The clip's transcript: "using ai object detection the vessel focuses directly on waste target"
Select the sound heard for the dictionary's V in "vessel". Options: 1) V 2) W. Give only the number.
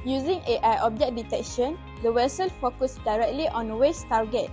2